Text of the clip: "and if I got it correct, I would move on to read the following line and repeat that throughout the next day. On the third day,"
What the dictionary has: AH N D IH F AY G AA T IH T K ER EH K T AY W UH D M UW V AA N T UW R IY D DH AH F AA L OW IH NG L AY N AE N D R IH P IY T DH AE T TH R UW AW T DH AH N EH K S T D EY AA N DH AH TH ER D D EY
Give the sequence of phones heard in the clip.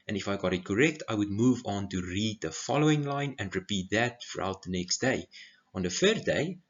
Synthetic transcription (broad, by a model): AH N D IH F AY G AA T IH T K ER EH K T AY W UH D M UW V AA N T UW R IY D DH AH F AA L OW IH NG L AY N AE N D R IH P IY T DH AE T F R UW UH T DH AH N EH K S T D EY AA N DH AH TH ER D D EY